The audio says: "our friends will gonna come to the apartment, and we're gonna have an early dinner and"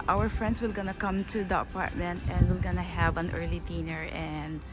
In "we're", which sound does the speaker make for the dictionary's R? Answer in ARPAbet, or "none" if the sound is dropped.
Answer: L